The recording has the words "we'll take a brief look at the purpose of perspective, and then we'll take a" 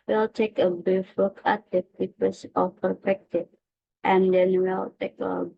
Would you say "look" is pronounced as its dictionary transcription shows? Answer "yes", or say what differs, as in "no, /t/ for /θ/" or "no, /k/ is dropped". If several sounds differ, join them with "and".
no, /w/ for /l/